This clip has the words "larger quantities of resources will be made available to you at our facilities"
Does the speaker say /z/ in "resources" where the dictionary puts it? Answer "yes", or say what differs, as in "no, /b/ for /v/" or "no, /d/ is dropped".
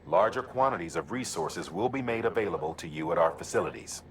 yes